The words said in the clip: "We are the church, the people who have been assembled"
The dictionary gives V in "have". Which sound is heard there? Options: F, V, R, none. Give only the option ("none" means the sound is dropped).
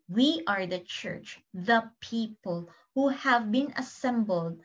V